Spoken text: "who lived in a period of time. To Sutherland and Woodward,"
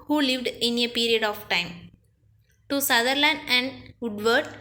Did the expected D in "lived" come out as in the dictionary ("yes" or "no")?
yes